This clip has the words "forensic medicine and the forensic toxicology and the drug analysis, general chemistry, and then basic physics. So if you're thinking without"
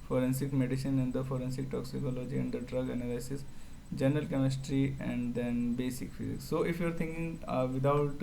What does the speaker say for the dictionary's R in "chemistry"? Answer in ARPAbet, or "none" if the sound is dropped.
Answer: R